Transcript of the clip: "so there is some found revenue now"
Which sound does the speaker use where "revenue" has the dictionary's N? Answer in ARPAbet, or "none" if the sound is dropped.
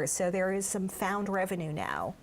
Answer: N